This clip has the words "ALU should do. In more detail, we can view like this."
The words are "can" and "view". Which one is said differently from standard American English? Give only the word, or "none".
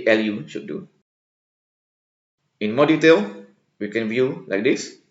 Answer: none